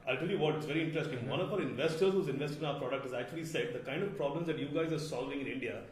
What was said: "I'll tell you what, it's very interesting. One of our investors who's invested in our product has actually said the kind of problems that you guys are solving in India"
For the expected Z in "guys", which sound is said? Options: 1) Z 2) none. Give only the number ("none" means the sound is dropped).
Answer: 1